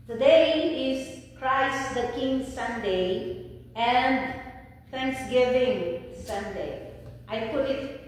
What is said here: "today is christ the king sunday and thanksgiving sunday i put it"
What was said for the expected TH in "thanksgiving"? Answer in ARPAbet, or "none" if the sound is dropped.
F